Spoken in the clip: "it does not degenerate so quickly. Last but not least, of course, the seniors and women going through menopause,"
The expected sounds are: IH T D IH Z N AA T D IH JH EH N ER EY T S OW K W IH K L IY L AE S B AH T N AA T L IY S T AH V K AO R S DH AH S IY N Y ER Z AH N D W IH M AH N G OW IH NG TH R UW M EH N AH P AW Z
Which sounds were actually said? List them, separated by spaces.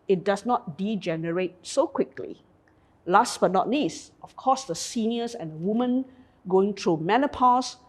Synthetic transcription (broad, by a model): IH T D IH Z N AA T D IH JH EH N ER EY T S OW K W IH K L IY L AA S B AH T N AA T N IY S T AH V K AO S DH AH S IY N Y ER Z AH N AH W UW M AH N G OW IH NG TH R UW M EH N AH P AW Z